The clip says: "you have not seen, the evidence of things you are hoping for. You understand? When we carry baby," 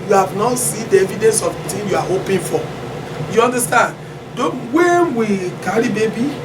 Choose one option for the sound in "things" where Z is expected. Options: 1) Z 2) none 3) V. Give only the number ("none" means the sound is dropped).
2